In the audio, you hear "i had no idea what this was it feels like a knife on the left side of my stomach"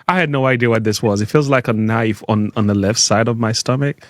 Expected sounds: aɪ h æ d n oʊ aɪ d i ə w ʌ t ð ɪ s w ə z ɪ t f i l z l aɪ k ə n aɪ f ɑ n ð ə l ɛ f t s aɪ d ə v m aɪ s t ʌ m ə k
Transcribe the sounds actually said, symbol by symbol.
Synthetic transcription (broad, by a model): aɪ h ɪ d n oʊ aɪ d i ə w ʌ t ð ɪ s w ə z ɪ t f i l z l aɪ k ə n aɪ f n n ð ə l ɛ f t s aɪ d ə v m aɪ s t ʌ m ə k